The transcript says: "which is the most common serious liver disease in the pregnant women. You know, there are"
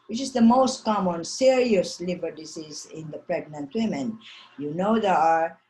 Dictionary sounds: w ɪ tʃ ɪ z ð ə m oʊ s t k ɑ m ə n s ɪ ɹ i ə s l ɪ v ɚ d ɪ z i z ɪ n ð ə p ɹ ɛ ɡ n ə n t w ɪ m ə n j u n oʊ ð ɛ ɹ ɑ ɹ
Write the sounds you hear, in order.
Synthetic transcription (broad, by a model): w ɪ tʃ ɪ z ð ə m oʊ s t k ɑ m ə n s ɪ ɹ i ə s l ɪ b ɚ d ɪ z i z ɪ n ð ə p ɹ ɛ ɡ n ə n t w ɪ m ə n j u n oʊ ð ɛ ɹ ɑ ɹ